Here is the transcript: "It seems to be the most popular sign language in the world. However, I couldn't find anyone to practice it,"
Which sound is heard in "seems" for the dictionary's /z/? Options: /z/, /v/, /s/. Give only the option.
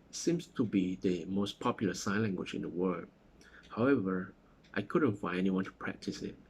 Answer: /s/